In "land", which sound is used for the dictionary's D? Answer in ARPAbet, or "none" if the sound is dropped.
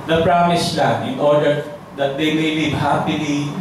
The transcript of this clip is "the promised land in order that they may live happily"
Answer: none